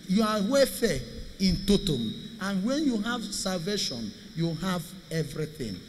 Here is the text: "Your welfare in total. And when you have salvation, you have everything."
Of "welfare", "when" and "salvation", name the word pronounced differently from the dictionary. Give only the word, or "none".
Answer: welfare